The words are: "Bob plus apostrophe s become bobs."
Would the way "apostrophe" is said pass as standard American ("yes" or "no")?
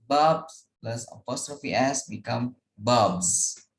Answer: yes